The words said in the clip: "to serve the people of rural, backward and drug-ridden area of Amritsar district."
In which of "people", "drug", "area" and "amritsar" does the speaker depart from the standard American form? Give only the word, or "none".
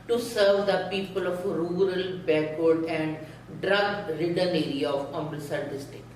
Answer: amritsar